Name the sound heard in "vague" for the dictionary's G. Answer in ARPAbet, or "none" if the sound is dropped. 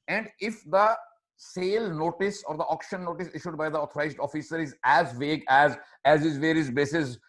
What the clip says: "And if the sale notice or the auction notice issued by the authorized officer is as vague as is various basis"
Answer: G